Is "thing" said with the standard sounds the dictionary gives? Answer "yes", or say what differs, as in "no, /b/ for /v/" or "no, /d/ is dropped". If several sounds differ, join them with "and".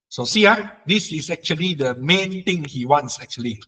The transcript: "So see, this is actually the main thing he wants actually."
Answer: no, /t/ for /θ/